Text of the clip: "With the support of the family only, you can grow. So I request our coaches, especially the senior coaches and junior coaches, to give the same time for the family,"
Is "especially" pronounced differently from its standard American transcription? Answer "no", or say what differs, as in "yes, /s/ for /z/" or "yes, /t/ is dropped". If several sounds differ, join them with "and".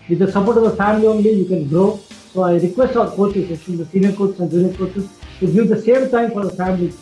yes, /p/ is dropped